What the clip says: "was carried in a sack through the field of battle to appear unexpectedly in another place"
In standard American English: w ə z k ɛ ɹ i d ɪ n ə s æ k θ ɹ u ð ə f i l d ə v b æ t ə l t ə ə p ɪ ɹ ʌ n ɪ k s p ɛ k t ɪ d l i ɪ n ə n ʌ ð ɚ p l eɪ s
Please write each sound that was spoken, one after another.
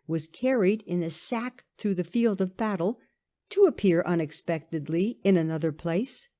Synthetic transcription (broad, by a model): w ə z k ɛ ɹ i d ɪ n ə s æ k θ ɹ u ð ə f i l d ə v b æ t l t ə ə p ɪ ɹ ʌ n ɪ k s p ɛ k t ɪ d l i ɪ n ə n ʌ ð ɚ p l eɪ s